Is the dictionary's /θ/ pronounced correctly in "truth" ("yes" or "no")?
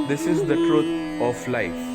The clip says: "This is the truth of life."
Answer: no